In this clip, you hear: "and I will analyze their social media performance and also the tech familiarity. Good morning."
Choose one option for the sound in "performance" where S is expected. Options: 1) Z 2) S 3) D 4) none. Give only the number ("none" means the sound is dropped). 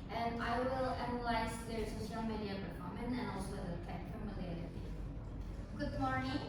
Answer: 4